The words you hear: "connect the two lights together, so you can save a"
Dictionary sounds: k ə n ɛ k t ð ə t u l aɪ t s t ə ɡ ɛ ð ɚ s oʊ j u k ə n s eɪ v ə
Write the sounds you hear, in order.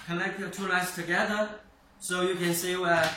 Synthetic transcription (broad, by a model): k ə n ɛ k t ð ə t u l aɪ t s t ə ɡ ɛ ð ɚ s oʊ j u k ə n s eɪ w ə